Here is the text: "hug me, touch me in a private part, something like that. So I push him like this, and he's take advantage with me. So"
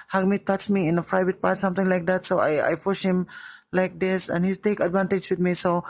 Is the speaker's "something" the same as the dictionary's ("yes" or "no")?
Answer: no